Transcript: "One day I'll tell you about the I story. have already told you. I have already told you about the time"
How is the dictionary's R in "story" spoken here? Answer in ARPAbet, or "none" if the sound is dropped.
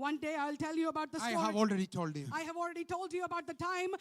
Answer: none